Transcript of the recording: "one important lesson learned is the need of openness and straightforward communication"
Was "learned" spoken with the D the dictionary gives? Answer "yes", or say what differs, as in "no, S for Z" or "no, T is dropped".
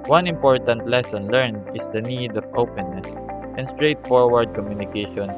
no, D is dropped